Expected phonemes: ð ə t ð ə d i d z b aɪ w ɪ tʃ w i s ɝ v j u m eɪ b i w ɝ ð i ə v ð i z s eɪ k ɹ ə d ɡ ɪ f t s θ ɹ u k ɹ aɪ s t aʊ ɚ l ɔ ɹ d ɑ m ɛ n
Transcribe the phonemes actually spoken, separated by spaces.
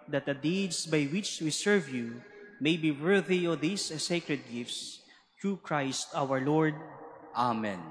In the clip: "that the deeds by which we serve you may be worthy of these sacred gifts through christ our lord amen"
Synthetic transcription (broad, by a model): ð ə t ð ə d i d s b aɪ w ɪ tʃ w i s ɝ v j u m eɪ b i w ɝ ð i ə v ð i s s eɪ k ɹ ə d ɡ ɪ f t s t ɹ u k ɹ aɪ s t aʊ ɚ l ɔ ɹ d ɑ m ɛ n